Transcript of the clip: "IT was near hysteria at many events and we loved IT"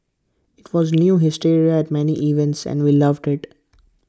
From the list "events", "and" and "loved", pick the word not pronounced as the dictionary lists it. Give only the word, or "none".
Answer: none